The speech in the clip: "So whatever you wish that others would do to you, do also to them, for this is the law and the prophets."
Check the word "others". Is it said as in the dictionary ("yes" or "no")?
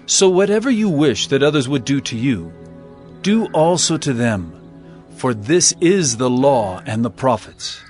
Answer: yes